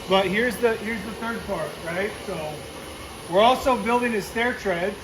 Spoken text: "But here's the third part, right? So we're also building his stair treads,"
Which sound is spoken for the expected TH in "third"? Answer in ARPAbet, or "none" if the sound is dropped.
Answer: TH